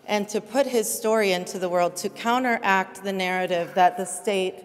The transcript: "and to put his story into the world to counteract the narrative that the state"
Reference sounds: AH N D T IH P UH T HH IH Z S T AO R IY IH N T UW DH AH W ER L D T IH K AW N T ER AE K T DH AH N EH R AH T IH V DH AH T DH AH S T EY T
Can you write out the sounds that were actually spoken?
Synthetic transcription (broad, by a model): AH N T IH P UH T HH IH Z S T AO R IY IH N T UW DH AH W ER L D T IH K AW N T ER AE K T DH AH N EH R AH T IH V DH AH T DH AH S T EY T